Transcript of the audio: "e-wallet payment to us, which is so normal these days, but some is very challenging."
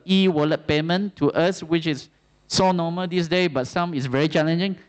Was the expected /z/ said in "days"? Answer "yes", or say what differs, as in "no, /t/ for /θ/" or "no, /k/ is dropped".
no, /z/ is dropped